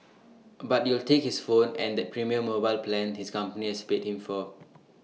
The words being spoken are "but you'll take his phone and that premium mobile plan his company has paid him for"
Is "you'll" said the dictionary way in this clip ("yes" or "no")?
yes